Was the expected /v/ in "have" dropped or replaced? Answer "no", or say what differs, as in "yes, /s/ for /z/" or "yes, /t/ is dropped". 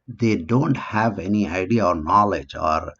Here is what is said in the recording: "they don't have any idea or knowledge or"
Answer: no